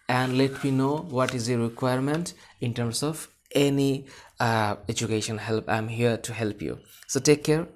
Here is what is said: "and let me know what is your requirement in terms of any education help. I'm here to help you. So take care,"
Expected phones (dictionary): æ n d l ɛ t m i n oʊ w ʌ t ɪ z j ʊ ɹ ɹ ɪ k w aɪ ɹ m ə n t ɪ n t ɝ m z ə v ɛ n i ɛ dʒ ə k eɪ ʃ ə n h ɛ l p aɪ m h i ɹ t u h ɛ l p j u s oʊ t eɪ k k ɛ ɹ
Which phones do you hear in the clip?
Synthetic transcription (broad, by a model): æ n d l ɛ t m i n oʊ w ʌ t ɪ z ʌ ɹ ɹ ɪ k w aɪ ɹ m ə n t ɪ n t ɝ m s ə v ɛ n i ɛ dʒ ə k eɪ ʃ ə n h ɛ l p aɪ m h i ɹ t u h ɛ l p j u s oʊ t eɪ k k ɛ ɹ